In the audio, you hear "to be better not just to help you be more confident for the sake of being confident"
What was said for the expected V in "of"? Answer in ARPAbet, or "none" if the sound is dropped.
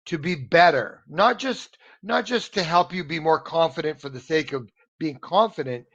V